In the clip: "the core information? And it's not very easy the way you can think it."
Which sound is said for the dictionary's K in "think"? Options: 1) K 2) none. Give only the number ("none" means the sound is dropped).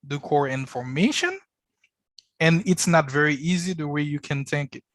1